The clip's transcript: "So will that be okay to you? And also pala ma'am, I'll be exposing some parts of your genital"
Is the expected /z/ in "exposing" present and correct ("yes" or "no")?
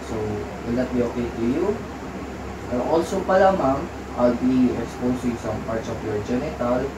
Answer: no